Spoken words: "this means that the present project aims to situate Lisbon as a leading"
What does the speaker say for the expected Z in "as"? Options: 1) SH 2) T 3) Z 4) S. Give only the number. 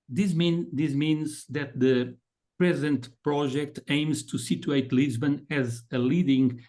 3